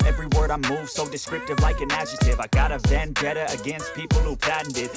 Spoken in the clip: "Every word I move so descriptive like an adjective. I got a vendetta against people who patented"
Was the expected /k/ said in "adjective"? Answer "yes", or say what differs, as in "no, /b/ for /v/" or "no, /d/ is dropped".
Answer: no, /k/ is dropped